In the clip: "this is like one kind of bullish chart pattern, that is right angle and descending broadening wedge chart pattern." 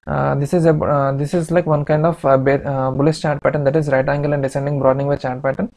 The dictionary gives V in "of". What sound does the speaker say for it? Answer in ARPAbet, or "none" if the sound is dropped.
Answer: B